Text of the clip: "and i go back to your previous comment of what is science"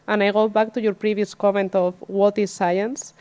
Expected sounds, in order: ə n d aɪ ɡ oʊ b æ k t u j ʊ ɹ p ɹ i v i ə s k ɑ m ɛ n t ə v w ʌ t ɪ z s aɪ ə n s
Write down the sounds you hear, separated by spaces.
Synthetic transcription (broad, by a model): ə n aɪ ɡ oʊ b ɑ k t u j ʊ ɹ p ɹ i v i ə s k ɑ m ɛ n t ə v w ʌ t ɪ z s aɪ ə n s